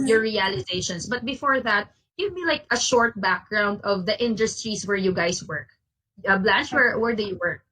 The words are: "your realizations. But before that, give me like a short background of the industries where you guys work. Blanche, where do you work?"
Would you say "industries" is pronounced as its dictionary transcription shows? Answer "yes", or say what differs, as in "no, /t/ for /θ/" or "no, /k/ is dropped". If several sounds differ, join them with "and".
no, /s/ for /z/